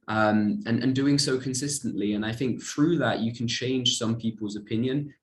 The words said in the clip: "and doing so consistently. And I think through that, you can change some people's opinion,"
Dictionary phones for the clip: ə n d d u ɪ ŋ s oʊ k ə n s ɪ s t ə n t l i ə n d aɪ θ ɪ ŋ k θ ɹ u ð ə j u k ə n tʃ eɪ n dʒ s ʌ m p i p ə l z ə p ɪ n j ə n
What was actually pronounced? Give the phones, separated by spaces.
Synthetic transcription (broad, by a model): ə n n d u ɪ ŋ s oʊ k ə n s ɪ s t ə n t l i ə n aɪ θ ɪ ŋ k θ ɹ u ð ə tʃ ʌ k ə n tʃ eɪ n ʒ s ʌ m p i p ə l z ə p ɪ n j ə n